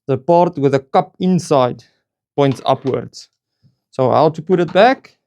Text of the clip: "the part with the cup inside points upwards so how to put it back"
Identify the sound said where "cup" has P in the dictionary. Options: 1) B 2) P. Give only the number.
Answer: 2